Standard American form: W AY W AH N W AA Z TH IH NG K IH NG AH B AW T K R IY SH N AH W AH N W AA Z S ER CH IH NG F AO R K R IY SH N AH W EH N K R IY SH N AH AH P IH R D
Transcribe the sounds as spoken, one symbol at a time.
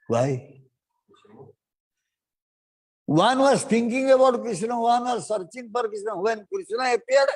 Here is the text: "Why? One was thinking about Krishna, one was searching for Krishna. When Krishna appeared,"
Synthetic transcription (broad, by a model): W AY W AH N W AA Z T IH NG K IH NG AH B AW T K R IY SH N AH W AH N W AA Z S ER CH IH NG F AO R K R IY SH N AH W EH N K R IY N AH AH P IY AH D